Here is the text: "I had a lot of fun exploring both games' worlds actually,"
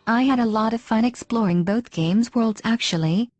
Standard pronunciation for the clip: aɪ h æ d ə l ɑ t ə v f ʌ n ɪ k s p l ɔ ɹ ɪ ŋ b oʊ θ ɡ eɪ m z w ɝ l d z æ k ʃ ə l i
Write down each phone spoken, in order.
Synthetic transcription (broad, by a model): aɪ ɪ d ə l ɑ t ə v f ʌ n ɪ k s p l ɔ ɹ ɪ ŋ b oʊ θ ɡ eɪ m z w ɝ l d z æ k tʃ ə l i